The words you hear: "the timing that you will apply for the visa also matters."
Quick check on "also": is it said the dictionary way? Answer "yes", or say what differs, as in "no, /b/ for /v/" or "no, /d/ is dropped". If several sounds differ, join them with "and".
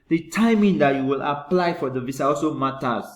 no, /l/ is dropped